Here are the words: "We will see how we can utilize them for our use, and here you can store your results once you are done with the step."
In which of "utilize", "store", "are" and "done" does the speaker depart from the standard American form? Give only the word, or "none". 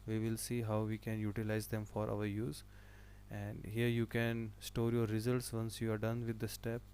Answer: none